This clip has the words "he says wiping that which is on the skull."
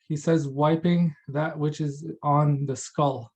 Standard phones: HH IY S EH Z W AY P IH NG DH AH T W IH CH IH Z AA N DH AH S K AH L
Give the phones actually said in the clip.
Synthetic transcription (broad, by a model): HH IY S EH Z W AY P IH NG DH AH T W IH CH IH Z N DH AH S K AH L